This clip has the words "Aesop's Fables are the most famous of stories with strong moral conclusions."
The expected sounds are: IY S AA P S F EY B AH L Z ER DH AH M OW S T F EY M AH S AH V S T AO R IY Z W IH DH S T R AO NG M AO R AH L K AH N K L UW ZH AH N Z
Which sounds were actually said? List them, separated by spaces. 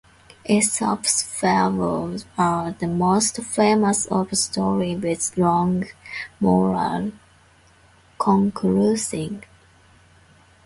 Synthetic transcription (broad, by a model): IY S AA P S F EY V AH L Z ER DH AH M OW S T F EY M AH S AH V S T AO R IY W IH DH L AO NG M AO R AH L K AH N K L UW S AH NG